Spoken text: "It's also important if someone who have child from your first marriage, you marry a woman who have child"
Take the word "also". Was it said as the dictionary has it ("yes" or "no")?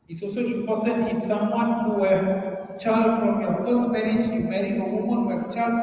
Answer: yes